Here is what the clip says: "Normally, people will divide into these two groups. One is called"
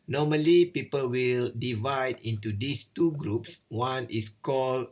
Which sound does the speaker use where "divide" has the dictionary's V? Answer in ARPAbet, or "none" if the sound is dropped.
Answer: V